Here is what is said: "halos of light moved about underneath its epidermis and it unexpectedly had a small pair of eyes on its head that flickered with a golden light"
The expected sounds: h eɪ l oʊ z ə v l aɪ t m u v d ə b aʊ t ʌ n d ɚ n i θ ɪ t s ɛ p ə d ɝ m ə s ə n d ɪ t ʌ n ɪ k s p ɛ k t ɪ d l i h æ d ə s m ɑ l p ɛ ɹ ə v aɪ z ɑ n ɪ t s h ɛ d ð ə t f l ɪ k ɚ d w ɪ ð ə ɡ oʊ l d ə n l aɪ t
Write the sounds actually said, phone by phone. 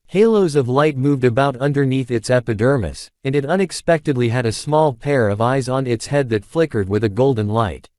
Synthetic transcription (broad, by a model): h eɪ l oʊ z ə v l aɪ t m u v d ə b aʊ t ʌ n d ɚ n i θ ɪ t s ɛ p ə d ɝ m ə s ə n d ɪ t ʌ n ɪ k s p ɛ k t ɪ d l i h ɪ d ə s m ɑ l p ɛ ɹ ə v aɪ z n ɪ t s h ɛ d ð ə t f l ɪ k ɚ d w ɪ ð ə ɡ oʊ l d n l aɪ t